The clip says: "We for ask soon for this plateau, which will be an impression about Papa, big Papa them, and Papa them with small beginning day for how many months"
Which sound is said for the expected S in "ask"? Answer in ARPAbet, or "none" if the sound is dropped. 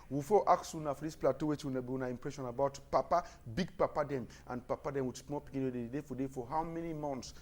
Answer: none